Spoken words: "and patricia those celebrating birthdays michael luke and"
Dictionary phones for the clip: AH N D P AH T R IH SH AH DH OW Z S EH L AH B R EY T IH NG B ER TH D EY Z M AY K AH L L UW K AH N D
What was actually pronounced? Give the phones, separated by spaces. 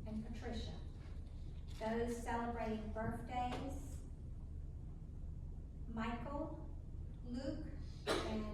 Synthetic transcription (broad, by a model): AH N P AH T R IH SH AH DH OW Z S EH L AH B R EY T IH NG B ER TH D EY Z M AY K L L UW K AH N